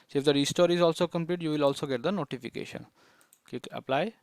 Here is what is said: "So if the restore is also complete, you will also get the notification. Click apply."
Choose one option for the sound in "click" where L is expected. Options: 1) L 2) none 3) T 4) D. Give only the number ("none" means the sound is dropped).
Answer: 2